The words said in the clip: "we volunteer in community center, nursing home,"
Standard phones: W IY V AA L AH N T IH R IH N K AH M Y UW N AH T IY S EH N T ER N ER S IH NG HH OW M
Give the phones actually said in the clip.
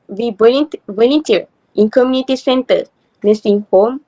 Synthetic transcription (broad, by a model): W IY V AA N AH T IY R IH N K AH M Y UW N AH T IY S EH N T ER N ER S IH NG HH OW M